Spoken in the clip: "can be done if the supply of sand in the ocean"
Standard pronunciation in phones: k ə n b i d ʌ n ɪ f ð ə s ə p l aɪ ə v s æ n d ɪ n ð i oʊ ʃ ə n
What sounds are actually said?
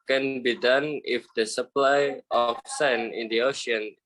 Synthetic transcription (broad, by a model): k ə n b i d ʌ n ɪ f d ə s ə p l aɪ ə f s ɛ n ɪ n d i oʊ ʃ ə n